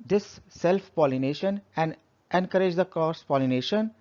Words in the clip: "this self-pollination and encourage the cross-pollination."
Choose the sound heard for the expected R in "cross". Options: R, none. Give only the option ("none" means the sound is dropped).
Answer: none